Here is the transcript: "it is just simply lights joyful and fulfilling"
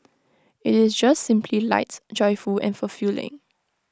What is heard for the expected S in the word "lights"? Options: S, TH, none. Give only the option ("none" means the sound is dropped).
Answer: none